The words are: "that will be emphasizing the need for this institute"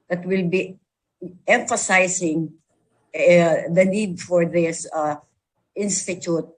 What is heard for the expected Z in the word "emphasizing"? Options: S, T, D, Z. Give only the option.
S